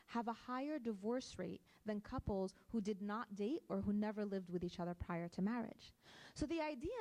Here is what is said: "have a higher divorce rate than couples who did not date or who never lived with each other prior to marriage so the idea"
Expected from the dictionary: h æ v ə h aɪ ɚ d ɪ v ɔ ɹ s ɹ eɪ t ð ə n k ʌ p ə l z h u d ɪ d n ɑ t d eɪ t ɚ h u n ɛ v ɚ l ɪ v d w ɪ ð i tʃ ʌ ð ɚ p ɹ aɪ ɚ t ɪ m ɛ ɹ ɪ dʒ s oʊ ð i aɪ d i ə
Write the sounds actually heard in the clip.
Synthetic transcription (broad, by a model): h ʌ v ə h aɪ ɚ d ɪ v ɔ ɹ s ɹ eɪ t ð ə n k ʌ p l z h u d ɪ d n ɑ t d eɪ t ɚ h u n ɛ v ɚ l ɪ v d w ɪ ð i tʃ ʌ ð ɚ p ɹ aɪ ɚ t ɪ m ɛ ɹ ɪ dʒ s oʊ ð i aɪ d i